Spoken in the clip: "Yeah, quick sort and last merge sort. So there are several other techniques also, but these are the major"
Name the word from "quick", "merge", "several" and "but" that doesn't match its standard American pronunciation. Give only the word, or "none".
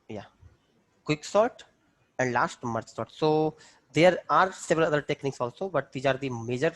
merge